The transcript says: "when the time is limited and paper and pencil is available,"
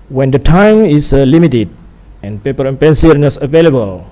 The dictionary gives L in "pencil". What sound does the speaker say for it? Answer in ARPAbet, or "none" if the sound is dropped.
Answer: N